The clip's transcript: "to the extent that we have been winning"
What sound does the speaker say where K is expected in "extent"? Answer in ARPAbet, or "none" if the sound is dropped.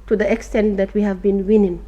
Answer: K